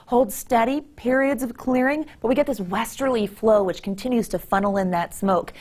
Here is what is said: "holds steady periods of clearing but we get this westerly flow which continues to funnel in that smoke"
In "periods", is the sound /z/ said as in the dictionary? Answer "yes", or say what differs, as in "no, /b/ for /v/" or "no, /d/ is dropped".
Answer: yes